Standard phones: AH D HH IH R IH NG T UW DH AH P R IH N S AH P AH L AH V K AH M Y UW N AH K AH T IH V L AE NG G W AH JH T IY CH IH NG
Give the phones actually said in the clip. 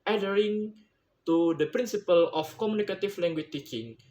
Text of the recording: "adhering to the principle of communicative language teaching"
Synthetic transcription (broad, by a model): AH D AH R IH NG T UW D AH P R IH N S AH P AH L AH F K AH M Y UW N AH K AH T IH F L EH NG G W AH CH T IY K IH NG